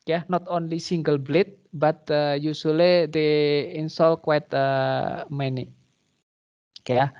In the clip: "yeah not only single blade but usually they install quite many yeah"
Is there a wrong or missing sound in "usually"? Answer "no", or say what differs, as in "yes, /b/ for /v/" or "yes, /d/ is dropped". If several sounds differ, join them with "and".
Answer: yes, /s/ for /ʒ/